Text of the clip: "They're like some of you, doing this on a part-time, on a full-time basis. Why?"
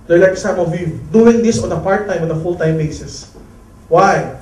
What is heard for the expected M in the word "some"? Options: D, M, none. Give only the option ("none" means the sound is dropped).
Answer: M